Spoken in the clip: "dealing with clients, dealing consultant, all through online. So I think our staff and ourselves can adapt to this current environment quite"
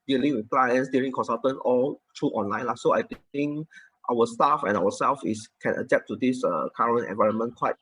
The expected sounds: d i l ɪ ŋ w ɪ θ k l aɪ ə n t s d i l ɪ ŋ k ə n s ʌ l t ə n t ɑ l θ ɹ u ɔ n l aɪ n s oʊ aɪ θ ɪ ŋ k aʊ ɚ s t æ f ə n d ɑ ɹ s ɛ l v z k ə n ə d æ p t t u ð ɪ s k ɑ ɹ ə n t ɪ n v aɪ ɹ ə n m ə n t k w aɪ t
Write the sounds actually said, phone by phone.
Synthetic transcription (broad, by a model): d i l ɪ ŋ w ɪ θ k l aɪ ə n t s d i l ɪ ŋ k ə n s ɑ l t ə n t ɑ l t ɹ u ɔ n l aɪ n s oʊ aɪ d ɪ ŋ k aʊ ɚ s t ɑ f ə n ɑ w s ɛ l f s k ə n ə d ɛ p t t u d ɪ s k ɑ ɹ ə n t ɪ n v aɪ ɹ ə n m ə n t k w aɪ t